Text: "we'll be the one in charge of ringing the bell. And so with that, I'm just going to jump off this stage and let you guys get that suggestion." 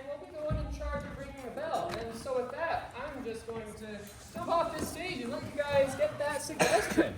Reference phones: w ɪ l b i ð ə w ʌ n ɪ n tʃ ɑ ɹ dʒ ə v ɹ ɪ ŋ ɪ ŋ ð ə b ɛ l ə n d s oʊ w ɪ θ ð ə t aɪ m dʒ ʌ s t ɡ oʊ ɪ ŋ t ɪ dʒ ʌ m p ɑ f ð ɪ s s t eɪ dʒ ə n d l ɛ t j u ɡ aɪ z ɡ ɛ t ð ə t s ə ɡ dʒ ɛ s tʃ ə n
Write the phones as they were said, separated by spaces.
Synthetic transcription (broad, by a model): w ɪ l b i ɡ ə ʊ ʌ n ɪ n tʃ ɑ ɹ dʒ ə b ɹ ɪ ŋ ɪ ŋ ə b ɛ l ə n s oʊ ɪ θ ð ə t aɪ m dʒ ʌ s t ɡ oʊ ɪ ŋ t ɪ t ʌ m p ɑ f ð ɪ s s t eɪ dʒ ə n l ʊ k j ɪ ɡ aɪ z ɡ ɛ t ð ə t s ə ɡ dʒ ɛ s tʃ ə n